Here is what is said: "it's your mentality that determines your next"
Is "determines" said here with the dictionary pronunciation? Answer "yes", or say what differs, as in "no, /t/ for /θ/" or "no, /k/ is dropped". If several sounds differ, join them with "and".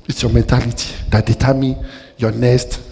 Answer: no, /z/ is dropped